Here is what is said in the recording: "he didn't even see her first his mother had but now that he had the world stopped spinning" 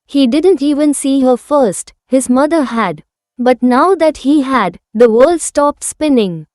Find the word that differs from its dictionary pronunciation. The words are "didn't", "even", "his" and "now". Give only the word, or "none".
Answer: none